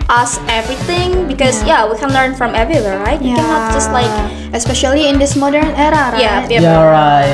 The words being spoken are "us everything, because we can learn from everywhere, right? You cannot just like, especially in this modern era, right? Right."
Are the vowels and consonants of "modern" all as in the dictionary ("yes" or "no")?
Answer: yes